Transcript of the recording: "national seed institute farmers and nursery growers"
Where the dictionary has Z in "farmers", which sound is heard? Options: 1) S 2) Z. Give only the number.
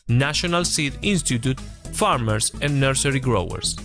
1